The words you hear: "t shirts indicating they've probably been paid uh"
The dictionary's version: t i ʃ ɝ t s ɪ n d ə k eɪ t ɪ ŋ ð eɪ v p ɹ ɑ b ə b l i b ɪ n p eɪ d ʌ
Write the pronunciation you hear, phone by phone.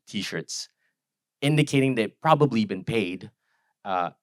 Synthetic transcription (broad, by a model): t i ʃ ɝ t s ɪ n d ə k eɪ t ɪ ŋ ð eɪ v p ɹ ɑ b ə b l i b ɪ n p eɪ d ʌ